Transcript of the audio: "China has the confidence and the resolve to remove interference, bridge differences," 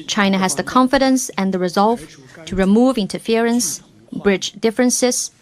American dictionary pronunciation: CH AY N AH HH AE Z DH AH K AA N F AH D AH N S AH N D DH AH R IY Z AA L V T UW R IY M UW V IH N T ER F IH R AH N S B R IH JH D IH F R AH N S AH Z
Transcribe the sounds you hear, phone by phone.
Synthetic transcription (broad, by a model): CH AY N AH HH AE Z DH AH K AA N F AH D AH N S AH N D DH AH R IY Z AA L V T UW R IY M UW V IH N T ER F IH R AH N S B R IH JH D IH F R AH N S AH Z